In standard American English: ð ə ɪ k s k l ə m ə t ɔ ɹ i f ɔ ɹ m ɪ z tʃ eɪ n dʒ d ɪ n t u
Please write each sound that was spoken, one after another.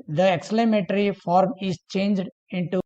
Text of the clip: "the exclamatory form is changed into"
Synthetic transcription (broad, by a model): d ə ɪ k s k l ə m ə t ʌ ɹ i f ɔ ɹ m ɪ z tʃ eɪ n dʒ d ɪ n t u